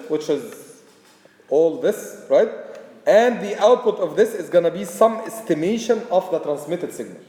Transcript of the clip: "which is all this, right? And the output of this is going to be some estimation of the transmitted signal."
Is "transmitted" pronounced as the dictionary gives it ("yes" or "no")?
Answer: yes